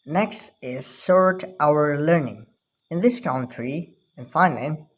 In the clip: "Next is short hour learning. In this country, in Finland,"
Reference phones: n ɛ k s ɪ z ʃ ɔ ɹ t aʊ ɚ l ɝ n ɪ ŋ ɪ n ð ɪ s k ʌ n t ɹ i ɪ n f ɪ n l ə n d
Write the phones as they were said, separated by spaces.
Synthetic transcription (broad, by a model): n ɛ k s ɪ z s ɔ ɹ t aʊ ɚ l ɝ n ɪ ŋ ɪ n ð ɪ s k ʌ n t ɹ i ɪ n f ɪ n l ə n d